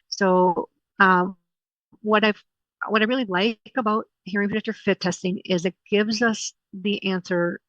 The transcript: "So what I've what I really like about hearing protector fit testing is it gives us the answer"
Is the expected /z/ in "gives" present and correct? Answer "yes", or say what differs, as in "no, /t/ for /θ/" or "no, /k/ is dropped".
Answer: yes